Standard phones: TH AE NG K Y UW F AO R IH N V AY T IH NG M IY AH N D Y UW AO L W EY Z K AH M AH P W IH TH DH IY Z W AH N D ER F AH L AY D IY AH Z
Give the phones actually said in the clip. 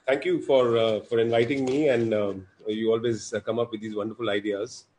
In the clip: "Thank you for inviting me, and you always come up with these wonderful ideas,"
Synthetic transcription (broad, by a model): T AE NG K Y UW F AO R IH N V AY T IH NG M IY AH N D Y UW AO L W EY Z K AH M AH P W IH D IY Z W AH N D ER F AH L AY D IY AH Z